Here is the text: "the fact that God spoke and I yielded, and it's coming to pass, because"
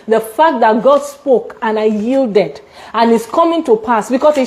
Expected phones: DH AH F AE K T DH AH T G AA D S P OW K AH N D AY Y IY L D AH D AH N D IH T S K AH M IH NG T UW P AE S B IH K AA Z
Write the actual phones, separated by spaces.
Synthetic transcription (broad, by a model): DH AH F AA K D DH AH T G AA D S P OW K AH N AY Y IY L D AH D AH N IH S K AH M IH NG T UW P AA S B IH K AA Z